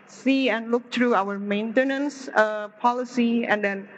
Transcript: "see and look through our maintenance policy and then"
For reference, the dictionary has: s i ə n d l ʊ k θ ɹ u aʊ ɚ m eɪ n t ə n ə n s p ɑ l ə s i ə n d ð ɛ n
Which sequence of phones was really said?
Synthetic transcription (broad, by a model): s i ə n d l ʊ k t ɹ u aʊ ɚ m eɪ n t ə n ə n s p ɑ l ə s i ə n d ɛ n